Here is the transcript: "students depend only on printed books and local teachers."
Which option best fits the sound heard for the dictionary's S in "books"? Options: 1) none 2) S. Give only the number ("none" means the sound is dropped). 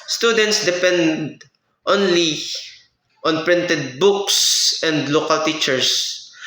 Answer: 2